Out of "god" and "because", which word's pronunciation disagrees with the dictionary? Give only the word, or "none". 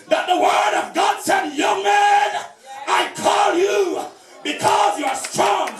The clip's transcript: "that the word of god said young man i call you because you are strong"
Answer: none